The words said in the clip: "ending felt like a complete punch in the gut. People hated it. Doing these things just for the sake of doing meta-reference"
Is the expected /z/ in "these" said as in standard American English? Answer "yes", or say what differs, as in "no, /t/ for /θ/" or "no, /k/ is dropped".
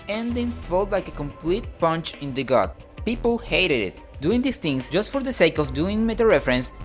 no, /s/ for /z/